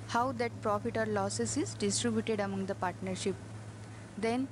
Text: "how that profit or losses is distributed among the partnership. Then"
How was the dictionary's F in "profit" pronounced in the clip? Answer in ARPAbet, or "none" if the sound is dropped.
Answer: F